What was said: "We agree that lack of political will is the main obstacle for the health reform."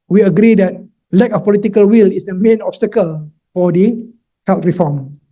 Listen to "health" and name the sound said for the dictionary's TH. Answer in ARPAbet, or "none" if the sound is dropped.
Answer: T